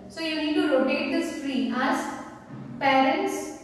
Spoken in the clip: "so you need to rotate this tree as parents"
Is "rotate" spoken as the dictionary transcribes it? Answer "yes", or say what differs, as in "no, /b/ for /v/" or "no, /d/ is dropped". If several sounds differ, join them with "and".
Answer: no, /l/ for /ɹ/